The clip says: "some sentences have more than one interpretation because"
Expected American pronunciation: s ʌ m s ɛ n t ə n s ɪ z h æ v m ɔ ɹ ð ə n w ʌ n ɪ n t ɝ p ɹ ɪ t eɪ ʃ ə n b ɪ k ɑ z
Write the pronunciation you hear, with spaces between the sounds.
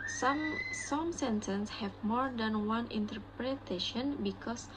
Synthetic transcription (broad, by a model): s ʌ m s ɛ n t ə n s h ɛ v m ɔ ɹ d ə n w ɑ n ɪ n t ɝ p ɹ ɪ t eɪ ʃ ə n b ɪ k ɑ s